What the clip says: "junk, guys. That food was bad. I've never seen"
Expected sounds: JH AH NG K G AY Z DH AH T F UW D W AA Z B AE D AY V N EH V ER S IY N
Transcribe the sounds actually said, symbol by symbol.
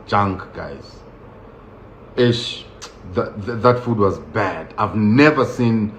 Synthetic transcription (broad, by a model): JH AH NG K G AY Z DH AH T F UW D W AA Z B AE D AY V N EH V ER S IY N